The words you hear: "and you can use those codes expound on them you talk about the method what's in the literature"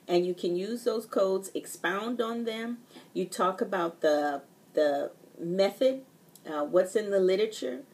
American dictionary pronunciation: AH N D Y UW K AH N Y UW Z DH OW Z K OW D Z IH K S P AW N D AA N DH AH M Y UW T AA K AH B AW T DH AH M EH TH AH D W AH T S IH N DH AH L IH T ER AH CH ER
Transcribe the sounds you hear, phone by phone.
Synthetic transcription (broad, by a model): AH N Y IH K AH N Y UW Z DH OW Z K OW D Z IH K S P AW N D N DH AH M Y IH T AA K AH B AW T DH AH M EH TH AH D W AH T S IH N DH AH L IH T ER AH CH ER